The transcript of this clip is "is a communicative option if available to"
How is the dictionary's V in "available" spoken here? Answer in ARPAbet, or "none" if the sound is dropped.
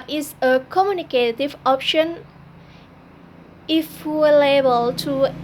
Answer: none